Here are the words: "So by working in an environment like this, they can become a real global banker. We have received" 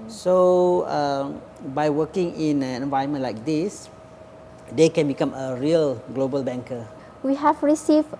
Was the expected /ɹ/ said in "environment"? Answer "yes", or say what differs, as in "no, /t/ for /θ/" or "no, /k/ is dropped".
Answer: no, /ɹ/ is dropped